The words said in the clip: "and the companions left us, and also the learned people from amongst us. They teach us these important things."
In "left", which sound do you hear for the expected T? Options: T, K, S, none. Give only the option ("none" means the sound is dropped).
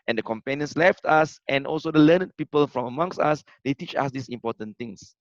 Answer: T